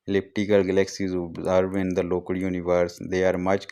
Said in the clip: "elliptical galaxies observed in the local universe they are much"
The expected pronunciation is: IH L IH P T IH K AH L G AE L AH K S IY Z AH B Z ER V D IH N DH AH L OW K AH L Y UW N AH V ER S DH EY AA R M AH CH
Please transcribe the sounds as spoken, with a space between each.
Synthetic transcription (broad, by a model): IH L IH P T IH K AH L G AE L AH K S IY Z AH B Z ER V IH N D AH L OW K AH L Y UW N AH V ER S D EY AA R M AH CH